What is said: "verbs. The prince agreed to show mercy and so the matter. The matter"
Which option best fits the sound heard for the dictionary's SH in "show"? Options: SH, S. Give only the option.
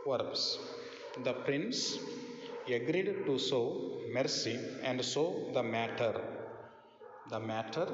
S